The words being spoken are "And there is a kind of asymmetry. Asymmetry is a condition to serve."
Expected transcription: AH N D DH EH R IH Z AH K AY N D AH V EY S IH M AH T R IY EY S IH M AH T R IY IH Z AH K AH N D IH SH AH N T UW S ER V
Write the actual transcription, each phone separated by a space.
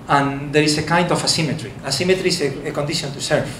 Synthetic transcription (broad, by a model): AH N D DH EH R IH S AH K AY N D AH F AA S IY M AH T R IY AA S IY M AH T R IY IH AH K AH N D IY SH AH N T UW S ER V